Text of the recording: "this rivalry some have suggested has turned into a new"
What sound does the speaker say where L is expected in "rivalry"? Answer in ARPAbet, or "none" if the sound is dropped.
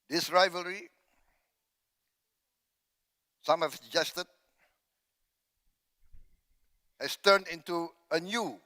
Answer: L